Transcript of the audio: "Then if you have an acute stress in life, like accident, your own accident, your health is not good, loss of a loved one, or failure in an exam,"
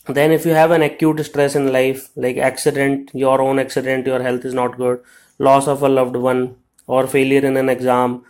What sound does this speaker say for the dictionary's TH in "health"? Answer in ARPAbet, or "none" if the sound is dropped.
T